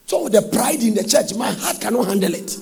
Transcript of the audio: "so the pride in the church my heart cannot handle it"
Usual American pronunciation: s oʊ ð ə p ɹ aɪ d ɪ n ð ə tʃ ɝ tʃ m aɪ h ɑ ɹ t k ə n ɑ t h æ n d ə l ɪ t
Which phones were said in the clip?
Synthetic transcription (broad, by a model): s oʊ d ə p ɹ aɪ d ɪ n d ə tʃ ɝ tʃ m aɪ h ɑ t k ə n ɑ t h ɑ n d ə l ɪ t